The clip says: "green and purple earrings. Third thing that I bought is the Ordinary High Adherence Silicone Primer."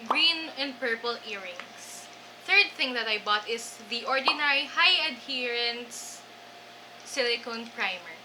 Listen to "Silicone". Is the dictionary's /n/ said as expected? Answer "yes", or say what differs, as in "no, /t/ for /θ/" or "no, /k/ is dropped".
yes